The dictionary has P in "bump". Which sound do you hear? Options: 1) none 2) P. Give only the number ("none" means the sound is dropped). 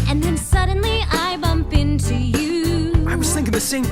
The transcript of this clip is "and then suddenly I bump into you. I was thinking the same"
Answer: 2